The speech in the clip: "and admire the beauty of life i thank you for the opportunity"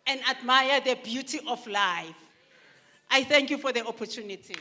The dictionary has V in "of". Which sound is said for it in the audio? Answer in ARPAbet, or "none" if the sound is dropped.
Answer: F